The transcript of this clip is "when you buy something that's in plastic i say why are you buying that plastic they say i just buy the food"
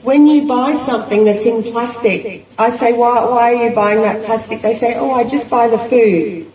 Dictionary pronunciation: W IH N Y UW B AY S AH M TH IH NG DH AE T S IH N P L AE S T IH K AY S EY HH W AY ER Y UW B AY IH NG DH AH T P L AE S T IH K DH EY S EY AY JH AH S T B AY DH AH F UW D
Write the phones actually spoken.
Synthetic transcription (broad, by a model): W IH N Y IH B AY S AH M TH IH NG DH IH T S IH N P L AE S T IH K AY S EY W W AY ER Y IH B AY IH NG DH AH T P L AE S T IH K DH EY S EY AY JH AH S B AY DH AH F UW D